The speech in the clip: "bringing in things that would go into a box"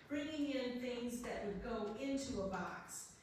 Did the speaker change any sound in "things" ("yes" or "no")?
no